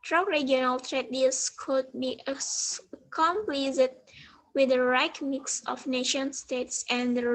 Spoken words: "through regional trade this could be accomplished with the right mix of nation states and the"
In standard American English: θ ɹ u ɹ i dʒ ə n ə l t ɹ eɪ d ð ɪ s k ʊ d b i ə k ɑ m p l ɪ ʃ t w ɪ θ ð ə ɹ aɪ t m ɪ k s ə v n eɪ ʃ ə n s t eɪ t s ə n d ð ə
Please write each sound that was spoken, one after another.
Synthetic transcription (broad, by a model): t ɹ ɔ ɹ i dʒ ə n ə l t ɹ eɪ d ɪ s k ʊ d b i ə k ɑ m p l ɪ s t w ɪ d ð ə ɹ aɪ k m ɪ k s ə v n eɪ ʃ ə n s t eɪ t s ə n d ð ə